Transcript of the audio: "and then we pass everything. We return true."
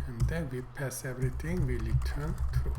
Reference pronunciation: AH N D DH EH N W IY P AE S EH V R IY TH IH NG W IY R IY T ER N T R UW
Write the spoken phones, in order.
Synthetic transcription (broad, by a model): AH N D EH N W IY P AE S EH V R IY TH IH NG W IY L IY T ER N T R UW